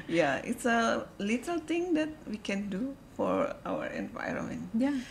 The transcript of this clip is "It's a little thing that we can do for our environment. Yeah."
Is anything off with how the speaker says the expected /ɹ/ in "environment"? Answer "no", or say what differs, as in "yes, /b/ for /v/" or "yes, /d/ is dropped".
no